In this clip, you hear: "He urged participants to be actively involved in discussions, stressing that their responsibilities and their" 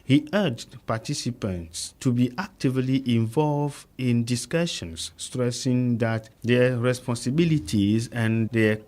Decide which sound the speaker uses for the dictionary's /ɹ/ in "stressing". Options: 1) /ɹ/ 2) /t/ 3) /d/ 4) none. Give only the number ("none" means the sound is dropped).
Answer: 1